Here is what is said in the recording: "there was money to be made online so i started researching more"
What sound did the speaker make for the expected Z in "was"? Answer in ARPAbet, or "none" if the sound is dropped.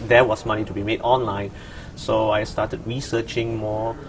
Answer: S